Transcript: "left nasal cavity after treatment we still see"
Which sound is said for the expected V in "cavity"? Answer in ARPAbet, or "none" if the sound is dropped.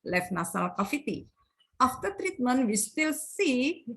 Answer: F